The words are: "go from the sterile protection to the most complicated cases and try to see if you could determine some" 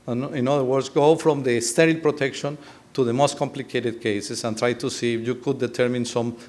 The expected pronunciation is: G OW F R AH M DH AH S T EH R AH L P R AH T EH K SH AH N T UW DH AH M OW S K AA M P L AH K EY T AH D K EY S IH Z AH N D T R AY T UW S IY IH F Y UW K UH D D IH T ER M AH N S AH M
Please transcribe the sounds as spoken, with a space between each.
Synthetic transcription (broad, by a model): G OW F R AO M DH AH S T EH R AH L P R AH T EH K SH AH N T UW DH AH M OW S K AA M P L AH K EY T AH D K EY S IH S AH N T R AY T UW S IY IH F Y UW K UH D D IH T ER M AH N S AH M